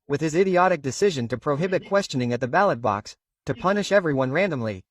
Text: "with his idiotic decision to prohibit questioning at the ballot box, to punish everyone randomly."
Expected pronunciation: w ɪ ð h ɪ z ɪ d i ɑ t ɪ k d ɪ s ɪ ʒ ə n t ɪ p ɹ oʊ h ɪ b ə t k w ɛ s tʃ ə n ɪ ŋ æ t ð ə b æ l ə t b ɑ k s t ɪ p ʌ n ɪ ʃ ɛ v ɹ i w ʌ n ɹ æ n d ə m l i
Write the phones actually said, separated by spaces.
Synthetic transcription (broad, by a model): w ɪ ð ɪ z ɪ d i ɑ t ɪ k d ɪ s ɪ ʒ ə n t ɪ p ɹ oʊ h ɪ b ə t k w ɛ s tʃ ə n ɪ ŋ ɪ t ð ə b æ l ə t b ɑ k s t ɪ p ʌ n ɪ ʃ ɛ v ɹ i w ʌ n ɹ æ n d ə m l i